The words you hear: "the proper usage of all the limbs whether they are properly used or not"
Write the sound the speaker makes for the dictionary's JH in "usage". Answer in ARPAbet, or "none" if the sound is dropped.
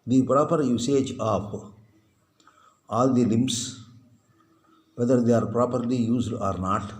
JH